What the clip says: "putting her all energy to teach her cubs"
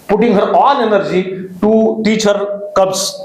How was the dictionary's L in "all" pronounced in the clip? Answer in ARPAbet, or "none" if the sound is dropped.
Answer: N